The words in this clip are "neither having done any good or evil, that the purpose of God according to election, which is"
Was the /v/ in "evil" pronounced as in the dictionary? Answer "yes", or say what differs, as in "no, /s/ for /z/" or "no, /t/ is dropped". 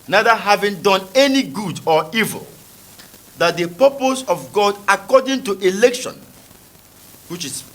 yes